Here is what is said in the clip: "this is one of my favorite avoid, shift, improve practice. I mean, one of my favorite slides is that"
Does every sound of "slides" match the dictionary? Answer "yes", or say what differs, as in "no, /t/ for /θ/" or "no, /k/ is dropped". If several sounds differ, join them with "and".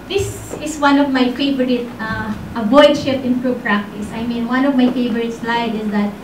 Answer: no, /z/ is dropped